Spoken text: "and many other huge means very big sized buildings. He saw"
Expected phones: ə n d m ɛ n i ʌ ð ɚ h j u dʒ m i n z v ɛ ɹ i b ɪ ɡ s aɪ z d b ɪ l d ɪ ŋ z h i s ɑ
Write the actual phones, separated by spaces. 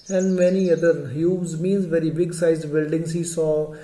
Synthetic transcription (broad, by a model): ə n d m ɛ n i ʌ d ɚ h j u z m i n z v ɛ ɹ i b ɪ ɡ s aɪ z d b ɪ l d ɪ ŋ z h i s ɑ